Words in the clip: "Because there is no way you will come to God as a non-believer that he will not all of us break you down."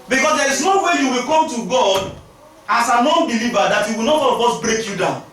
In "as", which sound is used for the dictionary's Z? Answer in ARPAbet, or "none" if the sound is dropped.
S